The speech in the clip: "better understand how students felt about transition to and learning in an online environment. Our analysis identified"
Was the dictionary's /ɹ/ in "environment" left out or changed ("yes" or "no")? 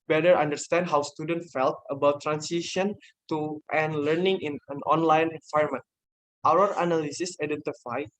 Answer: yes